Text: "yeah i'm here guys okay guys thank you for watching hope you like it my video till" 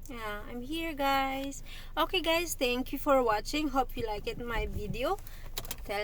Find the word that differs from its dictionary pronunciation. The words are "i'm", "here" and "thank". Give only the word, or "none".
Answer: thank